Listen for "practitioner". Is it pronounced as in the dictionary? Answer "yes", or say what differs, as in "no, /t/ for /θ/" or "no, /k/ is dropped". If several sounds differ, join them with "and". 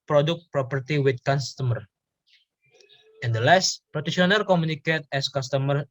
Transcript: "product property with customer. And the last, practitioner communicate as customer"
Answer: no, /k/ is dropped